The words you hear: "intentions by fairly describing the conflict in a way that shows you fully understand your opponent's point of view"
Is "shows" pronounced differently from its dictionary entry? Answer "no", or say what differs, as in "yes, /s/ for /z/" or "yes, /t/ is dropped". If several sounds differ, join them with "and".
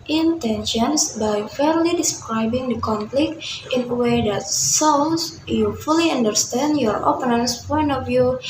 yes, /s/ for /ʃ/ and /s/ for /z/